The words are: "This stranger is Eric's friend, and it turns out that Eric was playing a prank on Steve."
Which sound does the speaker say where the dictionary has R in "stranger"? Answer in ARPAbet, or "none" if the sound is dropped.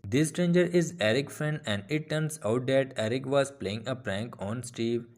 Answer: R